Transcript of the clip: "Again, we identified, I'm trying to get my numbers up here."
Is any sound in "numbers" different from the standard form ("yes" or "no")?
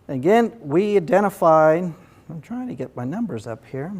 no